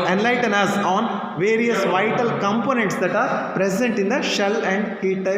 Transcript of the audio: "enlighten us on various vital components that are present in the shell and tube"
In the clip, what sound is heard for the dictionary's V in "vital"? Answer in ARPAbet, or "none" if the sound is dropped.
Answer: V